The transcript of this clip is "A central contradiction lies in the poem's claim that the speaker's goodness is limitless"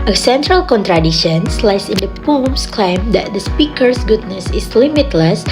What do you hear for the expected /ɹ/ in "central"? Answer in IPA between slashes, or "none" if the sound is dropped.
/ɹ/